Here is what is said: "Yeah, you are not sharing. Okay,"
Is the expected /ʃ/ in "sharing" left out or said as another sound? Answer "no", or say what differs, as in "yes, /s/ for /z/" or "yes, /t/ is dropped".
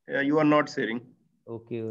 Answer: yes, /s/ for /ʃ/